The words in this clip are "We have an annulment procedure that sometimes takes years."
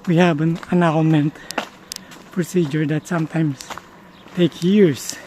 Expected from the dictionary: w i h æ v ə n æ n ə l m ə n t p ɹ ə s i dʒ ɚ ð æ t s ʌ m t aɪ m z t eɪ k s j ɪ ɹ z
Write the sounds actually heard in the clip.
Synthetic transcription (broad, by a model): w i h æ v ə n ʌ n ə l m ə n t p ɹ ə s i dʒ ɚ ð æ t s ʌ m t aɪ m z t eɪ k j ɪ ɹ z